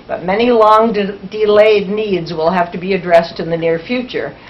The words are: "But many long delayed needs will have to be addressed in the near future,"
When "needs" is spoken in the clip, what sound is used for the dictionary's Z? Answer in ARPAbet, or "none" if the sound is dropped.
Z